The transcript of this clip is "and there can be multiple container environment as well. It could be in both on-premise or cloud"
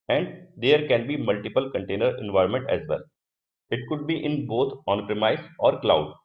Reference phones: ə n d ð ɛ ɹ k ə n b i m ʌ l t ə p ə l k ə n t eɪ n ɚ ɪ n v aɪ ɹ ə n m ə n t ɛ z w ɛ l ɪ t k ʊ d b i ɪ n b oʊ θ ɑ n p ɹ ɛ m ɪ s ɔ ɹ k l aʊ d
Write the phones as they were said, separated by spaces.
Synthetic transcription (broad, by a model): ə n d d ɛ ɹ k ə n b i m ʌ l t ə p ə l k ə n t eɪ n ɚ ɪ n v aɪ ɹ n m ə n t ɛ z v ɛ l ɪ t k ʊ d b i ɪ n b oʊ t ɑ n p ɹ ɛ m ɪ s ɔ ɹ k l aʊ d